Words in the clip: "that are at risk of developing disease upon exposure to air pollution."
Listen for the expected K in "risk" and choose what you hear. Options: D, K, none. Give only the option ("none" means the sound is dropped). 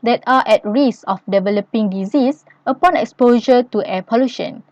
none